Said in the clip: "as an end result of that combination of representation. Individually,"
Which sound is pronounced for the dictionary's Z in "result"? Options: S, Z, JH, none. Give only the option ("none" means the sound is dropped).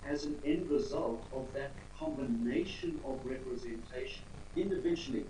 Z